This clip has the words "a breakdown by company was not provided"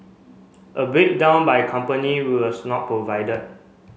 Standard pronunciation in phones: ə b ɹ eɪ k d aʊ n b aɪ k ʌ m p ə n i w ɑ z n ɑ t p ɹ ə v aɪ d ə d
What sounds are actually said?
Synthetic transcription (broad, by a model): ə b eɪ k d aʊ n b aɪ k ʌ m p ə n i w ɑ s n ɑ t p ɹ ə v aɪ d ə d